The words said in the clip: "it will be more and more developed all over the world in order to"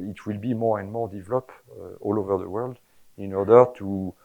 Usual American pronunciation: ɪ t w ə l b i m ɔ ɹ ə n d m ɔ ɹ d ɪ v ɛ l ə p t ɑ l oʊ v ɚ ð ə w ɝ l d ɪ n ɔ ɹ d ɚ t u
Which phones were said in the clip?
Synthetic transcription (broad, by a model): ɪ t w ə l b i m ɔ ɹ ə n d m ɔ ɹ d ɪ v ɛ l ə p ɑ l oʊ v ɚ ð ə w ɝ l d ɪ n ɔ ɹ d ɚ t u